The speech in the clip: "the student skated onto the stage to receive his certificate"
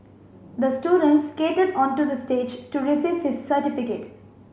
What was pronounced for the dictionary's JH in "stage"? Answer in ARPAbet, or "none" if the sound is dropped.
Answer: JH